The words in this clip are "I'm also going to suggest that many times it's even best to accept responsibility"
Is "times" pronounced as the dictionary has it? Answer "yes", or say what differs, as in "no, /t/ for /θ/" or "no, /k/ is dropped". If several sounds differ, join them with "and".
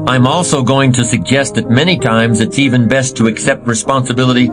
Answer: yes